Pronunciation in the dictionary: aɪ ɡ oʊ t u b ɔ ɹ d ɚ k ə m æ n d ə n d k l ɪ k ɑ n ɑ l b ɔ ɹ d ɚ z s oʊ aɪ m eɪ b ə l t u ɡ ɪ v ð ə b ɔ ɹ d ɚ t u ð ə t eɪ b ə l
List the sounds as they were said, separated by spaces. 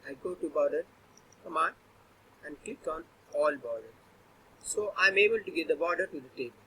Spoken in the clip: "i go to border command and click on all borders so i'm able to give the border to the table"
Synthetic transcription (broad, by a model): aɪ ɡ oʊ t u b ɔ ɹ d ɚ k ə m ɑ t ə n d k l ɪ k ɑ n ɑ l b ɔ ɹ d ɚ s oʊ aɪ m eɪ b ə l t u ɡ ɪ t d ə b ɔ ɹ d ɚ t u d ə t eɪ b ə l